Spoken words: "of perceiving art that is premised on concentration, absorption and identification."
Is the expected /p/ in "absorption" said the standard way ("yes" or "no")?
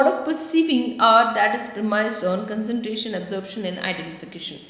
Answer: no